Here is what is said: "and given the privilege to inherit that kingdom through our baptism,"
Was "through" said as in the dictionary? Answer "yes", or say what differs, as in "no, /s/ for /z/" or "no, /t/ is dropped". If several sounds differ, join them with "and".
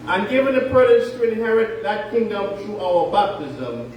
no, /t/ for /θ/